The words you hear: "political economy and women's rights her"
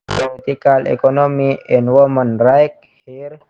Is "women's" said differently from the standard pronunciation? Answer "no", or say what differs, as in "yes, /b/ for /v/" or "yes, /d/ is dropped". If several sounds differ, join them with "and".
yes, /z/ is dropped